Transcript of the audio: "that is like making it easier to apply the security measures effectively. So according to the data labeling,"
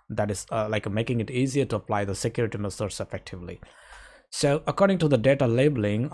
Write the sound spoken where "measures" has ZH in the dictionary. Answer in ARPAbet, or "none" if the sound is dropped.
S